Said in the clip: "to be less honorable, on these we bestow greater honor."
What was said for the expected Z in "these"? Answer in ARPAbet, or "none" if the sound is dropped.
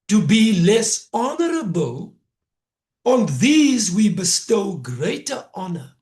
Z